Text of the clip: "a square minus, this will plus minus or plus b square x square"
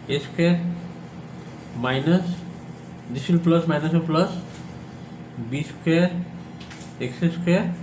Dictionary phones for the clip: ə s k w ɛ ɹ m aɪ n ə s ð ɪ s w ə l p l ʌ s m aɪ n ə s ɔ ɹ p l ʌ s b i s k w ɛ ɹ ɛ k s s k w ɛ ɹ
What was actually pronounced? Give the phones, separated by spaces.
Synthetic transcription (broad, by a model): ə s k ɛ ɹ m aɪ n ə s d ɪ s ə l p l ʌ s m aɪ n ə s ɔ l p l ʌ s b i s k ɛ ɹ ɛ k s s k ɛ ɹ